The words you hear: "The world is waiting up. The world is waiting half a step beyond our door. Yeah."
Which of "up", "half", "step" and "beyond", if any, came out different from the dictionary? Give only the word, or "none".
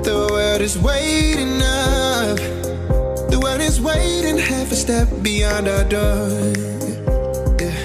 up